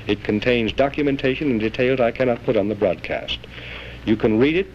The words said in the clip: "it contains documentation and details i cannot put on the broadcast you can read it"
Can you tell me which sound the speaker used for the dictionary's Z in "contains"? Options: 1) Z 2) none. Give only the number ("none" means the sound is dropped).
1